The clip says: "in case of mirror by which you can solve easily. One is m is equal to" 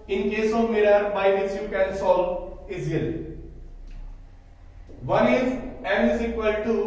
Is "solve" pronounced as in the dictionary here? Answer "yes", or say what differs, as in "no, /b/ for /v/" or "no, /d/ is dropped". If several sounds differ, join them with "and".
no, /v/ is dropped